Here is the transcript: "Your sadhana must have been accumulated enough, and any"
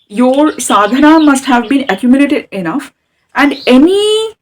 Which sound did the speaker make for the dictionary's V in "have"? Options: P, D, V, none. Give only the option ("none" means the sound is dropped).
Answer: V